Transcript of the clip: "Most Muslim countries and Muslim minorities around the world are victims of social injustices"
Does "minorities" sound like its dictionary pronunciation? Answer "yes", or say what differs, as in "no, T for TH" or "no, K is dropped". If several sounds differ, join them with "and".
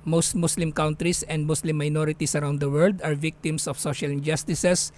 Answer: no, S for Z